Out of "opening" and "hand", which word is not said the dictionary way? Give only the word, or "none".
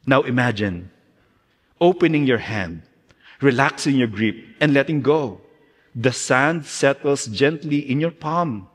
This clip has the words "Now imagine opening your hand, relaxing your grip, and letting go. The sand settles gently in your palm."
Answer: none